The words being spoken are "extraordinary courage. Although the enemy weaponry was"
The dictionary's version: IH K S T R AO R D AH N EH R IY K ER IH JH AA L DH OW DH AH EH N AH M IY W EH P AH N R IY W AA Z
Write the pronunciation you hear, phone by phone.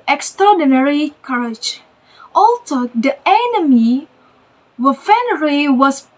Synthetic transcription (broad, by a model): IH K S T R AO D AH N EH R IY K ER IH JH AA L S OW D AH EH N AH M IY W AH F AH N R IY W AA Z